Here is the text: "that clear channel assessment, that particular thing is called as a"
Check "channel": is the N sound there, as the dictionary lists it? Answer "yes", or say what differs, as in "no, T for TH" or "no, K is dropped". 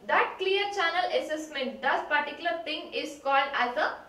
yes